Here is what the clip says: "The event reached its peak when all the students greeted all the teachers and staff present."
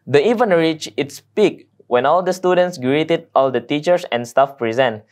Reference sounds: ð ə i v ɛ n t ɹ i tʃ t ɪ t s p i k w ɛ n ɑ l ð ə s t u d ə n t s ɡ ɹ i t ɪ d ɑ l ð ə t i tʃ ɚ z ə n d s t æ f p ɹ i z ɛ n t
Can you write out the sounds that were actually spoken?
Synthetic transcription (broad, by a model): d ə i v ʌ n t ɹ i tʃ ɪ t s p i k w ɛ n ɑ l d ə s t u d ə n t s ɡ ɹ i t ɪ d ɑ l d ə t i tʃ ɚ s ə n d s t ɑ f p ɹ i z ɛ n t